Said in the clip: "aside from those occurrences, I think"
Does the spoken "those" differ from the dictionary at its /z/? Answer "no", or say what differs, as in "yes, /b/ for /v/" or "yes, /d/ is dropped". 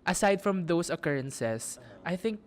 yes, /s/ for /z/